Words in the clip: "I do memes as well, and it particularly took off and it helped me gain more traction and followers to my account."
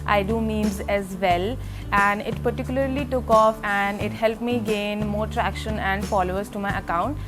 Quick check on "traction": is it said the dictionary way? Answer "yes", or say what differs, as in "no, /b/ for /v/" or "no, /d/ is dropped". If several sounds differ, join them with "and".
yes